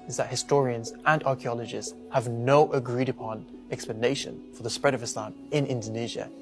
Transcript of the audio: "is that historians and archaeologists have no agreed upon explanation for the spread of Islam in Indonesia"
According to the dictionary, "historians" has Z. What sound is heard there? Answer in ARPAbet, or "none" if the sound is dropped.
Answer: Z